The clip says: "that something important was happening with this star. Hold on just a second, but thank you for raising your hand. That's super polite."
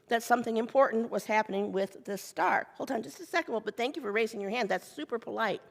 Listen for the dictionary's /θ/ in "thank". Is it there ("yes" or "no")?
yes